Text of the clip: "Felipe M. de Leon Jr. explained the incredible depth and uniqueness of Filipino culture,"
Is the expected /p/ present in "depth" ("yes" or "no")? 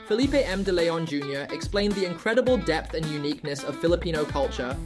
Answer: yes